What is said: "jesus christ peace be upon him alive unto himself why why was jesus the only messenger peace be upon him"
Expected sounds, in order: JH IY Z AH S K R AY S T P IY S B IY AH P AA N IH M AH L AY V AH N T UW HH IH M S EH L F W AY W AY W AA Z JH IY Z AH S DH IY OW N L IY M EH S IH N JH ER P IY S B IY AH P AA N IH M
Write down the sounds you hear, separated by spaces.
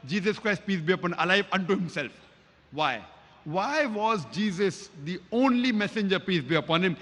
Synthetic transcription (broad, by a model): JH IY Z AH S K R AY S T P IY S B IY AH P AA N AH L AY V AH N T UW HH IH M S EH L F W AY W AY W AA Z JH IY Z AH S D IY OW N L IY M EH S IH N JH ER P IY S B IY AH P AA N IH M